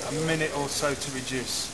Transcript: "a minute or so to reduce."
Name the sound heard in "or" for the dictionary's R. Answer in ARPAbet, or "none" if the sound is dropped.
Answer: L